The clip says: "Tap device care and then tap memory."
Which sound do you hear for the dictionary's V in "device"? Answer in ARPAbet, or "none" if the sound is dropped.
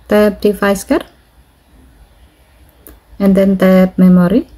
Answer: F